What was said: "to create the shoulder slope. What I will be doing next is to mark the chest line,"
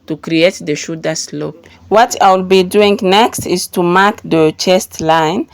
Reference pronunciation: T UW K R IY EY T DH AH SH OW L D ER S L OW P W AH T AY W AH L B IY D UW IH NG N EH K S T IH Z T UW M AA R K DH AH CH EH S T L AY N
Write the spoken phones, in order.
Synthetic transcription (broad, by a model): T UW K R IY EY T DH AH SH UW D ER S L OW P W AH T AY W AH L B IY D UW IH NG N EH K S T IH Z T UW M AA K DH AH CH EH S T L AY N